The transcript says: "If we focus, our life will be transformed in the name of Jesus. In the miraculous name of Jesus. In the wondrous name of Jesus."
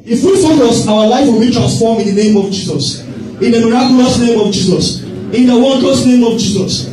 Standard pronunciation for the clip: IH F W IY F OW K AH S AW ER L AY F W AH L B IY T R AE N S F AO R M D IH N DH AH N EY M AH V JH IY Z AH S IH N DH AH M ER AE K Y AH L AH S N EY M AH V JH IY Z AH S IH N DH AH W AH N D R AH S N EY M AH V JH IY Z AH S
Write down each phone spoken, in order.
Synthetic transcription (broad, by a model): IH F W IY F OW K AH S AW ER L AY F W AH L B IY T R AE N S F AO M IH N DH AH N EY M AH V JH IY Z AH S IH N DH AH M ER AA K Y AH L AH S N EY M AH V JH IY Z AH S IH N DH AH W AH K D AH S N EY M AH V JH IY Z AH S